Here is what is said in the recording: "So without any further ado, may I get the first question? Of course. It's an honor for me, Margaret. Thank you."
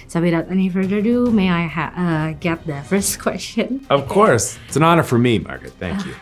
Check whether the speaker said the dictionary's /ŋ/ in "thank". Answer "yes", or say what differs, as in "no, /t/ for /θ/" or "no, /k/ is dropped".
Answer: no, /ŋ/ is dropped